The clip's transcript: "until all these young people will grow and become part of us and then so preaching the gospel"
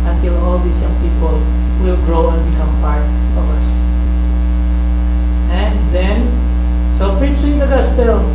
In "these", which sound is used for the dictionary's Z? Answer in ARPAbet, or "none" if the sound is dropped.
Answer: S